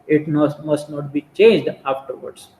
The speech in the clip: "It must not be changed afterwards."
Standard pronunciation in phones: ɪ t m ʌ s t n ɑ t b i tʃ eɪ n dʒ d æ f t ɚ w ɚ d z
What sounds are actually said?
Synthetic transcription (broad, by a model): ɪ t m ʌ s t n ɑ t b i tʃ eɪ n dʒ d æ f t ɚ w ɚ d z